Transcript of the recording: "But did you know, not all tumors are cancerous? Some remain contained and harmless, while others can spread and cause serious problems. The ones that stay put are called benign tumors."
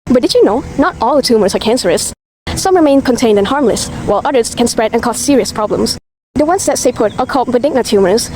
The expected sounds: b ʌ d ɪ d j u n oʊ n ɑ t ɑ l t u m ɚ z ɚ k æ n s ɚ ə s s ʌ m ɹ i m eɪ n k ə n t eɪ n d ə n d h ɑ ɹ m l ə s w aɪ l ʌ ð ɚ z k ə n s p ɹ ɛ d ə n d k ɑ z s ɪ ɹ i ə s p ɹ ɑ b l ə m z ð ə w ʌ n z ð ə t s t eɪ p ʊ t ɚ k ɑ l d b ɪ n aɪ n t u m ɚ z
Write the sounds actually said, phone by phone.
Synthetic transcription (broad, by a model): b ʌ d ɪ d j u n oʊ n ɑ t ɑ l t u m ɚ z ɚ k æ n s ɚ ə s s ʌ m ɹ i m eɪ n k ə n t eɪ n d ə n h ɑ ɹ m l ə s w aɪ l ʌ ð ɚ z k ə n s p ɹ ɛ d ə n k ɑ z s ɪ ɹ i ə s p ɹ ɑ b l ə m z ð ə w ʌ n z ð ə t s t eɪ p ʊ t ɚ k ɑ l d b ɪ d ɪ n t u m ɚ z